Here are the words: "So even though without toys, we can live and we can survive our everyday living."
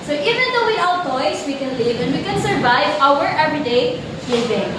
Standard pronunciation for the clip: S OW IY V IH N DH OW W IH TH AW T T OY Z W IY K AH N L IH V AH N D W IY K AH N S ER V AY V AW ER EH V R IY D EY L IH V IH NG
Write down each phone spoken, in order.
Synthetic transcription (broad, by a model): S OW IY V IH N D OW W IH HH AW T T OY S W IY K AH N L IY V AH N D W IY K AH N S ER V AY V AW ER EH V R IY D EY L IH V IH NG